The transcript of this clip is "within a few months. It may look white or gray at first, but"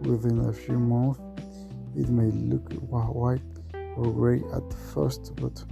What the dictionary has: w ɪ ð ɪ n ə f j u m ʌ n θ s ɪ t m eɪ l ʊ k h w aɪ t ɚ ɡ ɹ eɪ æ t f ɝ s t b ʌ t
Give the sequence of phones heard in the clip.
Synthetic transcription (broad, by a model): w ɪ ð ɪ n ə f j u m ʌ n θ ɪ t m eɪ l ʊ k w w aɪ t ɚ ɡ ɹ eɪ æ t f ɝ s t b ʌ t